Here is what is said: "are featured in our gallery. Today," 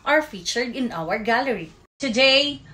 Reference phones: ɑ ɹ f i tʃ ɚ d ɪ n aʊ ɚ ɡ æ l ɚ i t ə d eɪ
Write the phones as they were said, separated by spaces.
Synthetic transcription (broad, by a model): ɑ ɹ f i tʃ ɚ d ɪ n aʊ ɚ ɡ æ l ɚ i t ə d eɪ